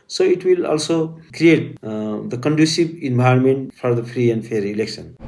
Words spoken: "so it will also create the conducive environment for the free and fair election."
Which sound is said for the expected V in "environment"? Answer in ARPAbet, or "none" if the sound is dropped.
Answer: B